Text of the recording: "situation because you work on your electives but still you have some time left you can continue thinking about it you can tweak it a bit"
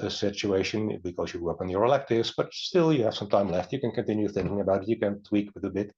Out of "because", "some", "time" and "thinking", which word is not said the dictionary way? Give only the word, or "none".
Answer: none